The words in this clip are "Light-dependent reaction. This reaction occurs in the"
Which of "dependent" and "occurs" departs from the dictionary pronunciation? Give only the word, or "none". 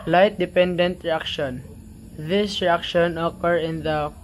occurs